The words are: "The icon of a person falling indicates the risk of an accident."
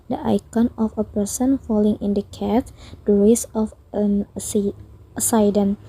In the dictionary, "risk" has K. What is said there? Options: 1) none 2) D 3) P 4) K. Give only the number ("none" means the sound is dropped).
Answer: 1